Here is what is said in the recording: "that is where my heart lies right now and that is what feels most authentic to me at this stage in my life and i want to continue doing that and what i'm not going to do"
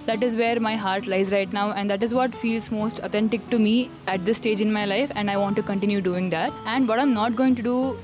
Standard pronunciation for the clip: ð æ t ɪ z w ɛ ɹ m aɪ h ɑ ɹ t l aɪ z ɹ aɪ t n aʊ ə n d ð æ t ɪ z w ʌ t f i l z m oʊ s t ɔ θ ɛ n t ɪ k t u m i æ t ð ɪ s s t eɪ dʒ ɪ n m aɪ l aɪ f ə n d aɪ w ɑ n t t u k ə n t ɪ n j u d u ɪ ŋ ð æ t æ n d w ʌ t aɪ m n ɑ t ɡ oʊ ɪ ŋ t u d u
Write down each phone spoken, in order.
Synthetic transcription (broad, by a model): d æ t ɪ z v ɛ ɹ m aɪ h ɑ ɹ t l aɪ z ɹ aɪ t n aʊ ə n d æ t ɪ z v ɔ t f i l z m oʊ s t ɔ t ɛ n t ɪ k t u m i æ t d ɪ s s t eɪ dʒ ɪ n m aɪ l aɪ f ə n d aɪ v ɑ n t t u k ə n t ɪ n j u d u ɪ ŋ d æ t æ n d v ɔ t aɪ m n ɑ t ɡ oʊ ɪ ŋ t u d u